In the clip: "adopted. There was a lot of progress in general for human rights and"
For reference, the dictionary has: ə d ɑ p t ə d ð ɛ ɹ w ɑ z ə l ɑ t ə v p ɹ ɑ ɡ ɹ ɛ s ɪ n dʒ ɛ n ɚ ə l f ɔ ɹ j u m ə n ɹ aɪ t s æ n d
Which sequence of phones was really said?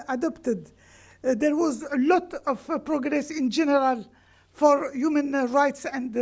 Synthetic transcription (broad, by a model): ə d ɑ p t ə d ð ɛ ɹ w ɑ z ə l ɑ t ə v p ɹ ɑ ɡ ɹ ɛ s ɪ n dʒ ɛ n ɚ ə l f ɔ ɹ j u m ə n ɹ aɪ t s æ n d